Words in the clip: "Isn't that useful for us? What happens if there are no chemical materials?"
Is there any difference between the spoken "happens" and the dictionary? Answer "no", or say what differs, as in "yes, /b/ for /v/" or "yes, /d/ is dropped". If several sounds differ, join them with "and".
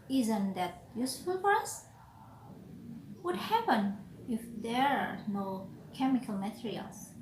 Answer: yes, /z/ is dropped